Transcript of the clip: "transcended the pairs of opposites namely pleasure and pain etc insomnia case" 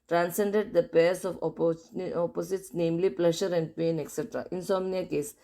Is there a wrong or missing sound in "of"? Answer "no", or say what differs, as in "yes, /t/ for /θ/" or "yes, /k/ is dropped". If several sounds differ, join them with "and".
yes, /p/ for /v/